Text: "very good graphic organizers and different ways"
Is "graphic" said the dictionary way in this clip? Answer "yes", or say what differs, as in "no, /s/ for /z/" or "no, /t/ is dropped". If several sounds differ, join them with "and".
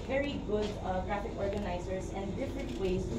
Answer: yes